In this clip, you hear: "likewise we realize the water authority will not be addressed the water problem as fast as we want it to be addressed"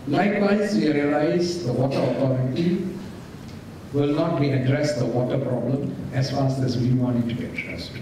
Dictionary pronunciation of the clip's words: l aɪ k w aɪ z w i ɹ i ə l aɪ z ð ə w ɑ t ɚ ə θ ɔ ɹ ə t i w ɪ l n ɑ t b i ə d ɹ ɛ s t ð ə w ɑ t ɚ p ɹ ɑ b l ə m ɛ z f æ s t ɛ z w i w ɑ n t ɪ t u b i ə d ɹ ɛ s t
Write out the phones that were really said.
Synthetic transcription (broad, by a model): l aɪ k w aɪ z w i ɹ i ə l aɪ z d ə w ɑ t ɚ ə t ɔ ɹ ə t i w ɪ l n ɑ t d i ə d ɹ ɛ s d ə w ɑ t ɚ p ɹ ɑ b l ə m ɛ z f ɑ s ɛ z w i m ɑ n ɪ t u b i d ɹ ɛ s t